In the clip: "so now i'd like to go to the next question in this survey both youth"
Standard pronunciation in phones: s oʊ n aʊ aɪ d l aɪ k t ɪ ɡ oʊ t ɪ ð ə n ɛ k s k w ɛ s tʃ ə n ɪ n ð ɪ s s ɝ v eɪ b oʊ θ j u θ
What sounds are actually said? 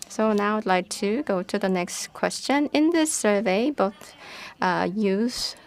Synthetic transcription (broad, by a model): s oʊ n aʊ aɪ d l aɪ k t ɪ ɡ oʊ t ɪ ð ə n ɛ k s k w ɛ s tʃ ə n ɪ n ð ɪ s s ɝ v eɪ b oʊ θ j u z